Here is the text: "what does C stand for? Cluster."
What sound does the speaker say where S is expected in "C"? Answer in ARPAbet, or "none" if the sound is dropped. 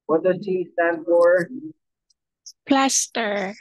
SH